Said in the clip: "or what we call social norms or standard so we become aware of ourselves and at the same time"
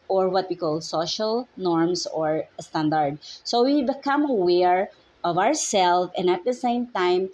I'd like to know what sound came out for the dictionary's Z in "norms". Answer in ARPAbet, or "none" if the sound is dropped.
S